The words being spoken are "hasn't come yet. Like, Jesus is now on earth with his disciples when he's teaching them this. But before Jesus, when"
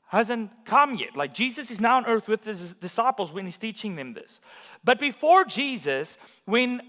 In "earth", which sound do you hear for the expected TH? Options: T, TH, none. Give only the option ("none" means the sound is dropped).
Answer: TH